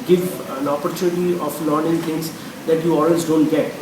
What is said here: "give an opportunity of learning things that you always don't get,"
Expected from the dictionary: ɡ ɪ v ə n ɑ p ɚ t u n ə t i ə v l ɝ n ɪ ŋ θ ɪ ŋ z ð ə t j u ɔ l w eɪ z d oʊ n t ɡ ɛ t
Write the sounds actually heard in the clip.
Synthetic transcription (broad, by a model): ɡ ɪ v ə n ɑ p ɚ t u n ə t i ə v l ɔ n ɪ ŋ t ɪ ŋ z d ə t j u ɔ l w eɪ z d oʊ n t ɡ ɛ t